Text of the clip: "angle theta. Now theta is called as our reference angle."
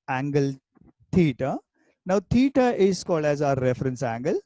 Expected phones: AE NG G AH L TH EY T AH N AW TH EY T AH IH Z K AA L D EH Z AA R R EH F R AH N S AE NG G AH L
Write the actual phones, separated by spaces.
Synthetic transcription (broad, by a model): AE NG G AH L T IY T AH N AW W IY T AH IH S K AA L EH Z AA R R EH F R AH N S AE NG G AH L